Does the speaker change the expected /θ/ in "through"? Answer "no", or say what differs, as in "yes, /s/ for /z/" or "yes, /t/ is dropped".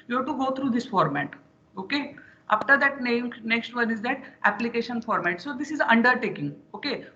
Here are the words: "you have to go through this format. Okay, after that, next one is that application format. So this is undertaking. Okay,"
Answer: yes, /t/ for /θ/